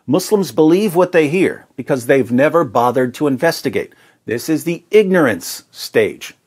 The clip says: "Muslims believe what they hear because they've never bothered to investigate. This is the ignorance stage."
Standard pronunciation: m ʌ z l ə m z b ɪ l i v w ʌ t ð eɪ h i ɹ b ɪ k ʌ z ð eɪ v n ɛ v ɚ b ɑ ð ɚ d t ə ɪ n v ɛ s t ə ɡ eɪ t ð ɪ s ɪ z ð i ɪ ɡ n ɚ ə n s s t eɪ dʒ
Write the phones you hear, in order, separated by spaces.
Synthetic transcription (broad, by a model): m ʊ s l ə m z b ɪ l i v w ʌ t ð eɪ h i ɹ b ɪ k ʌ z ð eɪ v n ɛ v ɚ b ɑ ð ɚ d t ə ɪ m v ɛ s t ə ɡ eɪ t ð ɪ s ɪ z ð i ɪ ɡ n ɚ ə n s s t eɪ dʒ